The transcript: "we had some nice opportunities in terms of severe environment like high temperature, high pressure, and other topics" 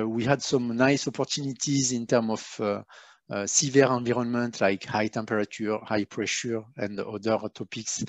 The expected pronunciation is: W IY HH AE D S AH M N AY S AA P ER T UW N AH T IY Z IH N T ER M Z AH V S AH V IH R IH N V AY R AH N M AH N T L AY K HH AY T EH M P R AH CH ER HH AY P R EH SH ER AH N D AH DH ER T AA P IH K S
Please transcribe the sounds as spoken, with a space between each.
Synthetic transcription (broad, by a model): W IY HH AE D S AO M N AY S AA P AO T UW N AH T IY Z IH N T ER M AH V S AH V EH R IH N V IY R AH N M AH N T L AY K HH AY T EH M P R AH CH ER HH AY P R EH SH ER AH N D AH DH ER T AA P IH K S